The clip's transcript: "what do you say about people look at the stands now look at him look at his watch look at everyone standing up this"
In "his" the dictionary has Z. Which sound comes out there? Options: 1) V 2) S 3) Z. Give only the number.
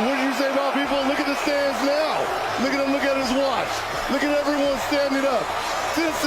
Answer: 3